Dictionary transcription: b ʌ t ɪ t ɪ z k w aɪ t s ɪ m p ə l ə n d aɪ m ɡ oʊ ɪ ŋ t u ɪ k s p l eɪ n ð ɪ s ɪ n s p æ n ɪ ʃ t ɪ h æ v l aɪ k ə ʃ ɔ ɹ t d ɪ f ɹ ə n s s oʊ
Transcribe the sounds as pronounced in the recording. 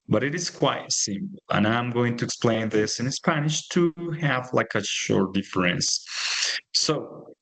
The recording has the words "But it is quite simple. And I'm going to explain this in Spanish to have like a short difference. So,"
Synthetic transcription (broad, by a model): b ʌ t ɪ t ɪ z k w aɪ t s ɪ m p l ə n aɪ m ɡ oʊ ɪ ŋ t u ɪ k s p l eɪ n ð ɪ s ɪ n s p æ n ɪ ʃ t ɪ h æ v l aɪ k ə ʃ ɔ ɹ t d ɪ f ɹ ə n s s oʊ